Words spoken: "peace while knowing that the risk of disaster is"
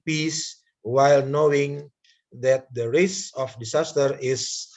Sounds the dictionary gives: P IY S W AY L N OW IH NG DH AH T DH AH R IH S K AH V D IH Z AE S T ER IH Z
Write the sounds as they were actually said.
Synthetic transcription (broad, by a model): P IY S W AY L N OW IH NG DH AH T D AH R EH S AH F D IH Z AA S T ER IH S